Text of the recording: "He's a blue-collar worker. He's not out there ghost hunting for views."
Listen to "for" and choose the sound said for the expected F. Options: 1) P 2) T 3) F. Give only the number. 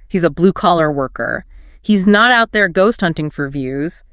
3